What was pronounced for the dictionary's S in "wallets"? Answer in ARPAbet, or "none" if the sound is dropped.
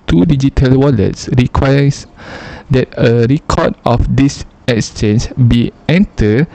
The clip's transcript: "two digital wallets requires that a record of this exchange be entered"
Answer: S